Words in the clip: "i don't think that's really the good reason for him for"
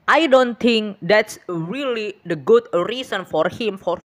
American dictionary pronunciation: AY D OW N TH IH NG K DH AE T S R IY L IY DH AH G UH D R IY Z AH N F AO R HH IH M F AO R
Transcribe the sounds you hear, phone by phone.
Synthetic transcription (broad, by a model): AY D OW N T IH NG K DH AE T S R IY L IY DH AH G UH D R IY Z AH N F AO R HH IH M F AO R